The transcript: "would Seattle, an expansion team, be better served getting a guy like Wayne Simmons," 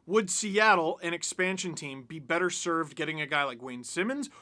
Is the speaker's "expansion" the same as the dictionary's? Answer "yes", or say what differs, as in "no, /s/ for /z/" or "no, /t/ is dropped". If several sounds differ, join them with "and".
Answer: yes